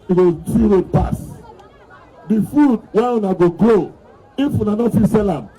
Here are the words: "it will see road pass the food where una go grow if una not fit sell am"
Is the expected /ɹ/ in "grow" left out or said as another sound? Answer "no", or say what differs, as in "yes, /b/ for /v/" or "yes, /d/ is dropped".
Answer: yes, /l/ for /ɹ/